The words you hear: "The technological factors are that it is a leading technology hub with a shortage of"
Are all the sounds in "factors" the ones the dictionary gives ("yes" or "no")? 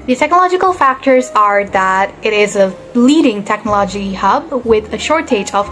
yes